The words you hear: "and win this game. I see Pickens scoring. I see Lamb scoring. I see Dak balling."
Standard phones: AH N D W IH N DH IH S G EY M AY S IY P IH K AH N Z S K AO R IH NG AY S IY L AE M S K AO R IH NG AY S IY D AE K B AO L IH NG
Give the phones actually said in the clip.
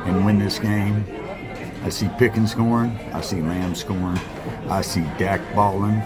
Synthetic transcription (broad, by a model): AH N W IH N DH IH S G EY M AY S IY P IH K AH N S K AO R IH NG AY S IY L AE M S K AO R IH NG AY S IY D AE K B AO L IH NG